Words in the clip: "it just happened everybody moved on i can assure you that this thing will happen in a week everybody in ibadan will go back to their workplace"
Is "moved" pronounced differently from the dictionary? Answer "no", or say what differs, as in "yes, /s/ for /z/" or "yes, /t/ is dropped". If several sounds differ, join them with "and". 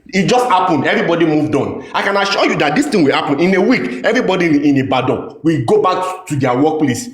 no